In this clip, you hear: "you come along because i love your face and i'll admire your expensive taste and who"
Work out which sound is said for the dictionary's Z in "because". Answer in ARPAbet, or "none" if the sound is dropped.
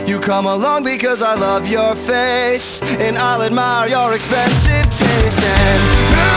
Z